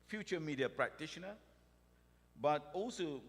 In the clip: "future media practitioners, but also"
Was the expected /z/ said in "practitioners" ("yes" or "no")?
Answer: no